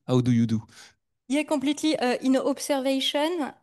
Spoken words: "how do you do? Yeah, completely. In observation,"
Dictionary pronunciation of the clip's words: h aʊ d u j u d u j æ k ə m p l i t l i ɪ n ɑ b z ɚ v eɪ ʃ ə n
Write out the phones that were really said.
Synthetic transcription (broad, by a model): h aʊ d u j u d u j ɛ k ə p l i t l i ɪ n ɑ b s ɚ v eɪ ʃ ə n